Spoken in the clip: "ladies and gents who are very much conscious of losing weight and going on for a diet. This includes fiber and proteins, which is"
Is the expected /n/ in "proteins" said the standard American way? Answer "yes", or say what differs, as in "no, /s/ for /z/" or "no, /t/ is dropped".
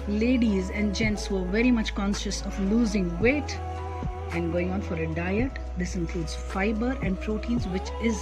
yes